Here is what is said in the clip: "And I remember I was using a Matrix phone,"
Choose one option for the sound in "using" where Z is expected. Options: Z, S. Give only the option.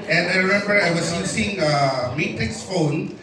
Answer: S